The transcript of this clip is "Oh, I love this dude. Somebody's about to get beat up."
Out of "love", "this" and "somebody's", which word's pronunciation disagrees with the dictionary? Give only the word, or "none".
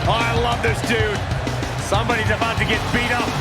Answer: none